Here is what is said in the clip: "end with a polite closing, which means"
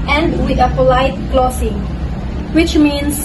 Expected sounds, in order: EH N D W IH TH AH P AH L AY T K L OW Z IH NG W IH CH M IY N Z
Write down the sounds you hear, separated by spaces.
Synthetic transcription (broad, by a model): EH N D W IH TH AH P AH L AY T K L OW S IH NG W IH CH M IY N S